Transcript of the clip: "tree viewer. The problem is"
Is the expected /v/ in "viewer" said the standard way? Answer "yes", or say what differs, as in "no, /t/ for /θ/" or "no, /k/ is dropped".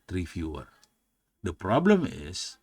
no, /f/ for /v/